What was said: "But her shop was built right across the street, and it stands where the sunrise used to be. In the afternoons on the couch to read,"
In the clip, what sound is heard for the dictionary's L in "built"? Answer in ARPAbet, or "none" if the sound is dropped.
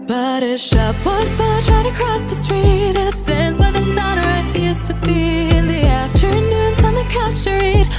none